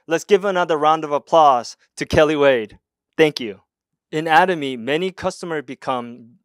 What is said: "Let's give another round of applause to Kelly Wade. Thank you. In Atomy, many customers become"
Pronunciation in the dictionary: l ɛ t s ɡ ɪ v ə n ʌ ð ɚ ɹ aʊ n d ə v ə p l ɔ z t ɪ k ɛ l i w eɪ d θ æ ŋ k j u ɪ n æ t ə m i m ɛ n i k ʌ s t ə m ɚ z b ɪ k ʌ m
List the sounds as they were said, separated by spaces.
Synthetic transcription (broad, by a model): l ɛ t s ɡ ɪ v ə n ʌ ð ɚ ɹ aʊ n d ə v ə p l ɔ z t ɪ k ɛ l i w eɪ d θ æ ŋ k j u ɪ n æ t ə m i m ɛ n i k ʌ s t ə m ɚ z b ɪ k ʌ m